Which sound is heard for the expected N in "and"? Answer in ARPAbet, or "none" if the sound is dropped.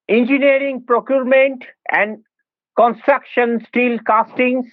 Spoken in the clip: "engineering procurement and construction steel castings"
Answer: N